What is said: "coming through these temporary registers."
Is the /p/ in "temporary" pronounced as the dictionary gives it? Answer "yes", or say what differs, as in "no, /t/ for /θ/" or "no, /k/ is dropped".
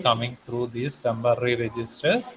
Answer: no, /b/ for /p/